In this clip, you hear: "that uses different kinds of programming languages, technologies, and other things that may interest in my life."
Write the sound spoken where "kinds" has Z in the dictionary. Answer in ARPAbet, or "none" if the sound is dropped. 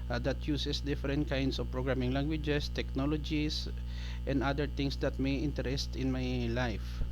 S